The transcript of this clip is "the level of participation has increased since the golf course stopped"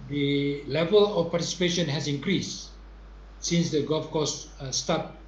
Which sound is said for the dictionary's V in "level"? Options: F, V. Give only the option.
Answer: V